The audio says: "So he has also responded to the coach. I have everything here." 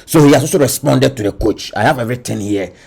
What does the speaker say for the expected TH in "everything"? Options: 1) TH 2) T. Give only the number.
2